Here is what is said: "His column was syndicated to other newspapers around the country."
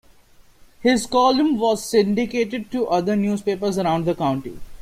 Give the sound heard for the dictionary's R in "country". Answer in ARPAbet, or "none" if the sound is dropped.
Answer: none